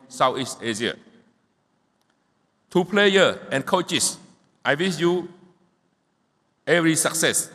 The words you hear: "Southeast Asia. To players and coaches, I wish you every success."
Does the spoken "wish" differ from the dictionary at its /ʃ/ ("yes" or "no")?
yes